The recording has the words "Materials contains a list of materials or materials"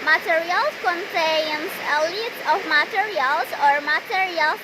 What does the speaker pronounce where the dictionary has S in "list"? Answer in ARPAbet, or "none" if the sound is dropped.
none